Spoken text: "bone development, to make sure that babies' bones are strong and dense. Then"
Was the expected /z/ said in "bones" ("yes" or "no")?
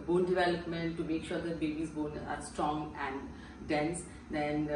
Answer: no